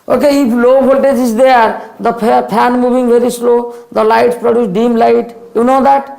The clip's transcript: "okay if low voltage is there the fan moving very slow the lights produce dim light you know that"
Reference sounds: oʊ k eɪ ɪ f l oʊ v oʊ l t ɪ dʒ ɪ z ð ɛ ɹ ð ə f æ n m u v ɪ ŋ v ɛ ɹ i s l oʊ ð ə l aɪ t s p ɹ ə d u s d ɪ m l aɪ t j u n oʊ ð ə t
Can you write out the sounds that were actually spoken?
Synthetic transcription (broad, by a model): oʊ k eɪ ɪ p l oʊ b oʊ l t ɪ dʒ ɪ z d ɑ ɹ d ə p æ n m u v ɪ ŋ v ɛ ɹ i s l oʊ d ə l aɪ t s p ɹ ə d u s d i m l aɪ t j u n oʊ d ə t